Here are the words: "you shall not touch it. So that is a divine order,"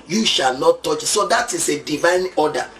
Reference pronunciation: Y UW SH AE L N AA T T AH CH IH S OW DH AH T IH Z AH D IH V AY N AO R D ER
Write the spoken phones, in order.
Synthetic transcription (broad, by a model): Y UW SH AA L N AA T T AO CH S OW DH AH T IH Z AH D IH V AY N AO D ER